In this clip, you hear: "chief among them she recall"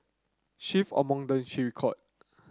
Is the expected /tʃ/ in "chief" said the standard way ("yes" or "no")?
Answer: no